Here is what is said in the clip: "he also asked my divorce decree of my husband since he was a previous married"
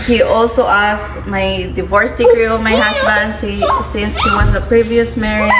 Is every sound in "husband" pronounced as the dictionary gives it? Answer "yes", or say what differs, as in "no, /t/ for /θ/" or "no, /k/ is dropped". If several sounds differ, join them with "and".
no, /s/ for /z/